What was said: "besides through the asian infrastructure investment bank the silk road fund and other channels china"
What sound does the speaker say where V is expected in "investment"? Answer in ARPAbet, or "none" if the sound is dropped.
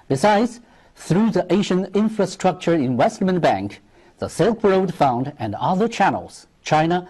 W